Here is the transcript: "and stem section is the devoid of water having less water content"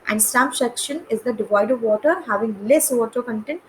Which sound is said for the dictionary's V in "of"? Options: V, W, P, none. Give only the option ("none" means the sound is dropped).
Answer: V